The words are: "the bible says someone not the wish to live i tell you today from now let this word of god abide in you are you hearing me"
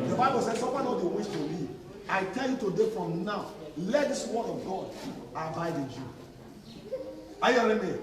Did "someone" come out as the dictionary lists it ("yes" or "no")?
no